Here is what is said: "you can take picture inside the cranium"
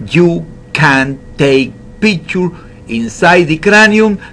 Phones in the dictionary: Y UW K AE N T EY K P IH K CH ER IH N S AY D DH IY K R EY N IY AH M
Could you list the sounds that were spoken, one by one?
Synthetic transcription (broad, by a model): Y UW K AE N T EY K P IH CH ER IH N S AY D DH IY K R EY N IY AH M